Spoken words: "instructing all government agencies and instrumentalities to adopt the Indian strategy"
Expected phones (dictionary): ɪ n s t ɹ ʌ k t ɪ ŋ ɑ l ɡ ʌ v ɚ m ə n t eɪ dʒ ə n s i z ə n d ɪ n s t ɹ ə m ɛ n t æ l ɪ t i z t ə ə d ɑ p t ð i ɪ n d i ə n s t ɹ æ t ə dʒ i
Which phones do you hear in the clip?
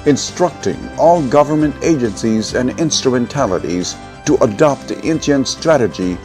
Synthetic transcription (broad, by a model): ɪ n s t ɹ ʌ k t ɪ ŋ ɑ l ɡ ʌ v ɚ m ə n t eɪ dʒ ə n s i z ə n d ɪ n s t ɹ ə m ɛ n t æ l ɪ t i z t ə ə d ɑ p t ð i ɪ n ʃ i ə n s t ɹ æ t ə dʒ i